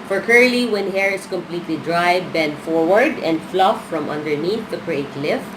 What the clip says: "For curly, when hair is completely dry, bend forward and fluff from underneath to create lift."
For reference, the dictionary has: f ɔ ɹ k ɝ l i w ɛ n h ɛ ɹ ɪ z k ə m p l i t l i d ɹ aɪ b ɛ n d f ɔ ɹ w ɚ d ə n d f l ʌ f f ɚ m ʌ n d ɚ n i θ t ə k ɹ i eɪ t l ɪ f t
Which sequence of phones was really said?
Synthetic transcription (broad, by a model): f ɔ ɹ k ɝ l i w ɛ n h ɛ ɹ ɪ s k ə m p l i t l i d ɹ aɪ b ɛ n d f ɔ ɹ w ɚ d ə n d f l ʌ f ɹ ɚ m ʌ n d ɚ n i θ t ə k ɹ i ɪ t l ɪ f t